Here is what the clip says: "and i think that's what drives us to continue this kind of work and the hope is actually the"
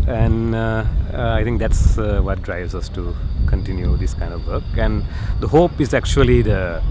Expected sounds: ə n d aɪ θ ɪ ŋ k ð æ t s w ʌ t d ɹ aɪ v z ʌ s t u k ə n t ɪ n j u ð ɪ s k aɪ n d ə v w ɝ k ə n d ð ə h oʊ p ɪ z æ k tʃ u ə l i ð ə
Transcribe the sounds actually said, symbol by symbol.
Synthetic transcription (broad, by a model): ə n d aɪ t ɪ ŋ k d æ t s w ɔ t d ɹ aɪ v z ʌ s t u k ə n t ɪ n j u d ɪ s k aɪ n d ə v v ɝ k ə n d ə h oʊ p ɪ z æ k tʃ u ə l i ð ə